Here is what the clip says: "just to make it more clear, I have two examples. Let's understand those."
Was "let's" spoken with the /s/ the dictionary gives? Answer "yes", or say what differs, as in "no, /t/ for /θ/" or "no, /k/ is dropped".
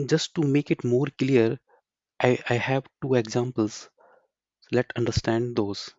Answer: no, /s/ is dropped